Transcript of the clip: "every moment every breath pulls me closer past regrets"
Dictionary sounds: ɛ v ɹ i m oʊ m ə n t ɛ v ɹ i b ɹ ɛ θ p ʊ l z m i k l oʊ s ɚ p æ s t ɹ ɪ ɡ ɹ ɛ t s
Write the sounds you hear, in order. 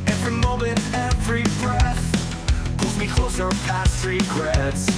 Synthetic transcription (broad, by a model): ɛ v ɹ i m oʊ m ə n t ɛ v ɹ i b ɹ ɛ θ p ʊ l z m i k l oʊ s ɚ p æ s t ɹ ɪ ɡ ɹ ɛ t s